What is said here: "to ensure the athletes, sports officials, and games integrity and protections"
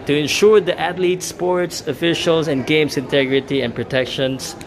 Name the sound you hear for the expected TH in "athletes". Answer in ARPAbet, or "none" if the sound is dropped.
T